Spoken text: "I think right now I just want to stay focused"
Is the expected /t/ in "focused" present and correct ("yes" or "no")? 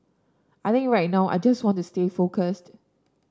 yes